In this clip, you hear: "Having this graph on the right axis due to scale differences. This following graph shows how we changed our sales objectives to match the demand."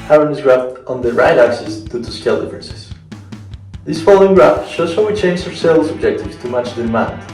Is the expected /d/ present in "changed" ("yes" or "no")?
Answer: no